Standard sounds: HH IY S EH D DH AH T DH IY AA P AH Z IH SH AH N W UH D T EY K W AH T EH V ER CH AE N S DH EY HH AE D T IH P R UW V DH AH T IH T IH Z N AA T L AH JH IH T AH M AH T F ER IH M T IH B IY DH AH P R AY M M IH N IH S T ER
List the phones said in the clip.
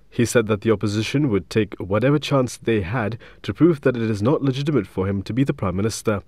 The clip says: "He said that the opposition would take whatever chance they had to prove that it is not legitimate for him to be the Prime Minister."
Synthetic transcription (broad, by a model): HH IY S EH D DH AH T DH IY AA P AH Z IH SH AH N W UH D T EY K W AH T EH V ER CH AE N S DH EY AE D T IH P R UW V DH AH T IH T IH Z N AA T L AH JH IH T AH M AH T F ER IH M T IH B IY DH AH P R AY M M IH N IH S T ER